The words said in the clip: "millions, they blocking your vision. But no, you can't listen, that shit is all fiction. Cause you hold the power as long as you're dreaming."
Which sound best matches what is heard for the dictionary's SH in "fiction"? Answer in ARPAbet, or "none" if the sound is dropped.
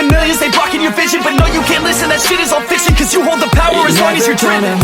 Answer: S